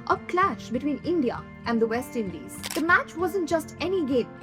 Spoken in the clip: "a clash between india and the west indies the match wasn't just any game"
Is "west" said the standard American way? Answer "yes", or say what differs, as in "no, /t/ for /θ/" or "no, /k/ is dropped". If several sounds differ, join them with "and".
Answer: yes